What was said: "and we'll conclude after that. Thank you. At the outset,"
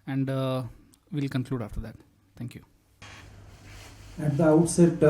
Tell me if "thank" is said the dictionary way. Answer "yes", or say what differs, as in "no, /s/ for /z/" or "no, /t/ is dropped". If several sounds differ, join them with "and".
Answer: no, /t/ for /θ/